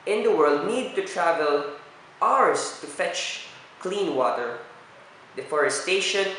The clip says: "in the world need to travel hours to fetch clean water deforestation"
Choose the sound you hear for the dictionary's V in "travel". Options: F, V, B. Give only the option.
V